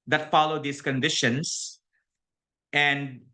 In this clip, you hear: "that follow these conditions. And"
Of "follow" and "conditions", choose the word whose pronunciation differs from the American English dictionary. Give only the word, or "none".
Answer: conditions